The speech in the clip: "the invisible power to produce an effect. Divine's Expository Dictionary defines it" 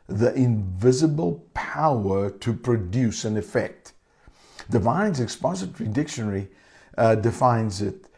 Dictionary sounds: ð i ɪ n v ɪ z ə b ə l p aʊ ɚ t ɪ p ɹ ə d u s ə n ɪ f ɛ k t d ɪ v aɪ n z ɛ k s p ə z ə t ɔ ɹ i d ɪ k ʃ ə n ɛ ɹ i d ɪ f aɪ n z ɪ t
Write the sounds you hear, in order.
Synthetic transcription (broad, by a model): ð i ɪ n v ɪ z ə b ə l p aʊ ɚ t ɪ p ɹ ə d u s ə n ɪ f ɛ k t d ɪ v aɪ n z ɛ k s p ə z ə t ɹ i d ɪ k ʃ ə n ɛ ɹ i d ɪ f aɪ n z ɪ t